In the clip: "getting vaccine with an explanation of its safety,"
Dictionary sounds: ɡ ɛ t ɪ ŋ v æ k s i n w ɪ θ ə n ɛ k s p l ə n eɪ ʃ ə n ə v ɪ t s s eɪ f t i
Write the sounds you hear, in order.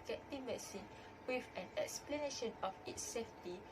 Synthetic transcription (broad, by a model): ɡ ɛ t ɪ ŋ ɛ s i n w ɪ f ə n ɛ k s p l ə n eɪ ʃ ə n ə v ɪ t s s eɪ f t i